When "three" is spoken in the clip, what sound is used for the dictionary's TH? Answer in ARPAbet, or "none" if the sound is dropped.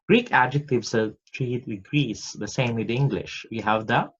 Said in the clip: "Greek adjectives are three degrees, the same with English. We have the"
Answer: T